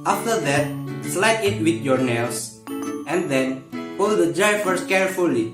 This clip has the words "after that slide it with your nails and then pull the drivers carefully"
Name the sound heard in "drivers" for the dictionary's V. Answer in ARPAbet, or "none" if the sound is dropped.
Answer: F